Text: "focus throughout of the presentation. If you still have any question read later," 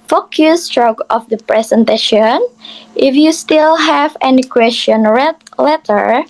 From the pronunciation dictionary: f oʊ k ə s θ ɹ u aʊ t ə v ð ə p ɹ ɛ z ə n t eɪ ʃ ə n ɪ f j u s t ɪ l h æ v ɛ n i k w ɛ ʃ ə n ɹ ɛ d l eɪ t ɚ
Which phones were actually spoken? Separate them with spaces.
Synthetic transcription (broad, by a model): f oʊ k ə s t ɹ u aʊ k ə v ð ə p ɹ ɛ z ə n t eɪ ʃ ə n ɪ f j u s t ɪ l h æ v ɛ n i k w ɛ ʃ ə n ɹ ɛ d l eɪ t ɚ